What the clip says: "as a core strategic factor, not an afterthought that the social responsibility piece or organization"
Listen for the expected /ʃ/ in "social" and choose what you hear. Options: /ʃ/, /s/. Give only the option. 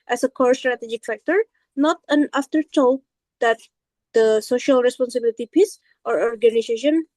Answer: /ʃ/